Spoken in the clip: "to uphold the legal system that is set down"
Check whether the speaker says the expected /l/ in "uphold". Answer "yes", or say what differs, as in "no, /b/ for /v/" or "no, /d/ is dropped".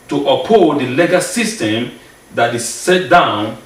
no, /l/ is dropped